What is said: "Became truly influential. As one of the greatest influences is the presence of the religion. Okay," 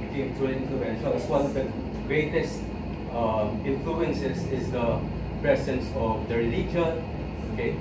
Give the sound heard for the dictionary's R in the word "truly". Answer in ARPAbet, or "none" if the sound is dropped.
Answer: none